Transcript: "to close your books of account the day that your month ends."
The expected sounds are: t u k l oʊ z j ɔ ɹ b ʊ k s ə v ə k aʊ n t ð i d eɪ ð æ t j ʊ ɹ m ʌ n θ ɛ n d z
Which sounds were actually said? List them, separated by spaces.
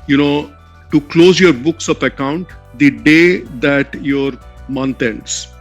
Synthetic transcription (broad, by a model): t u k l oʊ z j ɔ ɹ b ʊ k s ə p ə k aʊ n t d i d eɪ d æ t j ɹ m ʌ n t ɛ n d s